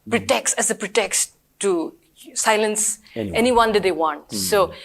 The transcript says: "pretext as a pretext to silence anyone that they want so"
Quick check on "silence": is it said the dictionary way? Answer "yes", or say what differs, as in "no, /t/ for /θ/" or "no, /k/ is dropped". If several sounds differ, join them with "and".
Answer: yes